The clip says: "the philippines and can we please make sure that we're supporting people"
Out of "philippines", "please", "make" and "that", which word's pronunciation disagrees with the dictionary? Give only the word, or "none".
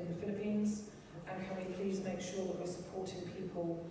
none